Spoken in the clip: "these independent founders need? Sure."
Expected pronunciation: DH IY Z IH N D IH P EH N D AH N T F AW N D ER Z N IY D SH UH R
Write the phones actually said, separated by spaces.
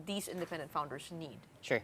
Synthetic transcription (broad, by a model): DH IY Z IH N D IH P EH N D AH N T F AW N D ER Z N IY D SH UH R